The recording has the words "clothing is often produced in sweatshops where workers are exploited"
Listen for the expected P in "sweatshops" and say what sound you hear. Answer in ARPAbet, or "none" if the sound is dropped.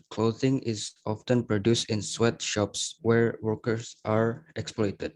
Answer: P